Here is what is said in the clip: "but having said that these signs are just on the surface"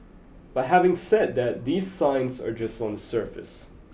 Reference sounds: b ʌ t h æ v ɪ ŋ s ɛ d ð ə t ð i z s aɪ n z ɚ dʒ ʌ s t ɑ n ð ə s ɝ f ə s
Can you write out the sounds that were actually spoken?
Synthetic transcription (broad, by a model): b ʌ t h æ v ɪ ŋ s ɛ d ð ə t ð i z s aɪ n z ɚ dʒ ʌ s t n ð ə s ɝ f ə s